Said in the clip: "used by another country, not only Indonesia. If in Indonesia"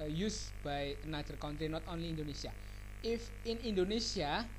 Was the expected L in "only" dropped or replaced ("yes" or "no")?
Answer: no